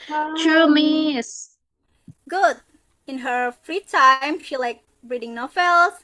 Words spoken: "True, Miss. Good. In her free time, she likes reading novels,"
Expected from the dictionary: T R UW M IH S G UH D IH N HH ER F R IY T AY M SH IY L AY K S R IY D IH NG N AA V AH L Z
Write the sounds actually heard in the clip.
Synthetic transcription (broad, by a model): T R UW M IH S G UH D IH N HH ER F R IY T AY M SH IY L AY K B R IY D IH NG N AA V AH L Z